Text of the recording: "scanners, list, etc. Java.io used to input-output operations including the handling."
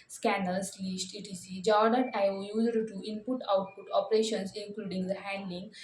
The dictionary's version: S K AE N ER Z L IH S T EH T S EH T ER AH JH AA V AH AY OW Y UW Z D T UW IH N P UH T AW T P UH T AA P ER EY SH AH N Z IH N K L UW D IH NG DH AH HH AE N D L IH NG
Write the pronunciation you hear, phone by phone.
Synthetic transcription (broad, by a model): S K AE N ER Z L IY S T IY T IY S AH JH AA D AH AY OW Y UW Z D T UW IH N P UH T AW T P UH T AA P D EY SH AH N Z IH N K L UW D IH NG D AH HH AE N D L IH NG